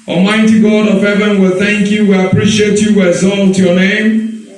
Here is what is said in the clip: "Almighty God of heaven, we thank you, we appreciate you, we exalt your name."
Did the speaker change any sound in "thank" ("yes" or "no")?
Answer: no